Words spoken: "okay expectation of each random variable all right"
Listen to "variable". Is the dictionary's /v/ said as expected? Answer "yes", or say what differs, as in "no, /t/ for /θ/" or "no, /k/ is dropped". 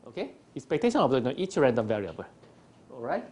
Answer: yes